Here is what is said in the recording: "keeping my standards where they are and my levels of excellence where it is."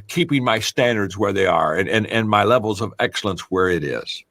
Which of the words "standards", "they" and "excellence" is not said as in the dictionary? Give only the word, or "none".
none